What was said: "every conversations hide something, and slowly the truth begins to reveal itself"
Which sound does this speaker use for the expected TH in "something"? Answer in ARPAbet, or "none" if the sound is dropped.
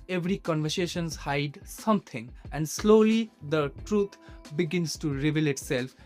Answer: T